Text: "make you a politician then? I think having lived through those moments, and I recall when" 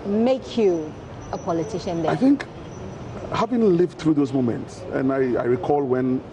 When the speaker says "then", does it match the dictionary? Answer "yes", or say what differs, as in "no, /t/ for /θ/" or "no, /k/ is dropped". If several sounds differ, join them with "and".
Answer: no, /n/ is dropped